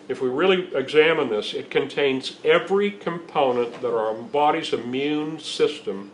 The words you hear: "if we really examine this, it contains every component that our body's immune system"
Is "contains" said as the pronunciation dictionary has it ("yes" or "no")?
yes